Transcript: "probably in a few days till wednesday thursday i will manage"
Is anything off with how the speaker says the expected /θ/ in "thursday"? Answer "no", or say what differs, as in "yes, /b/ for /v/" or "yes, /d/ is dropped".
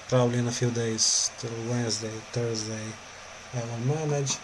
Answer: yes, /t/ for /θ/